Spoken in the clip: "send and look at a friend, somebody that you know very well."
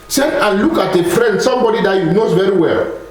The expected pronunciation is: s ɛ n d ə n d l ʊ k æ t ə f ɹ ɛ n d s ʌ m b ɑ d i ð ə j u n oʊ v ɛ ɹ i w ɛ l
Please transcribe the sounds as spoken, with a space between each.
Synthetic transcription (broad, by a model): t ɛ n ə n l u k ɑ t ə f ɹ ɛ n d s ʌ m b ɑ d i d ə j u n oʊ v ɛ ɹ i w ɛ l